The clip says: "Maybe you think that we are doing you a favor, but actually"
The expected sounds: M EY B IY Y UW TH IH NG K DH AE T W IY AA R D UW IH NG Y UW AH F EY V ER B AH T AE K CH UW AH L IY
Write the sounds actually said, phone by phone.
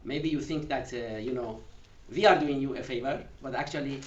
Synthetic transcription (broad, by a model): M EY B IY Y UW TH IH NG K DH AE T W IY AA R D UW IH NG Y UW AH F EY V ER B AH T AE K CH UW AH L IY